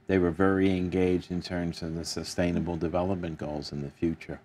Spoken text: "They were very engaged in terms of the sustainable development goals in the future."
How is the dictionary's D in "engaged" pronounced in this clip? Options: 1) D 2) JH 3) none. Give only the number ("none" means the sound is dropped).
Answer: 1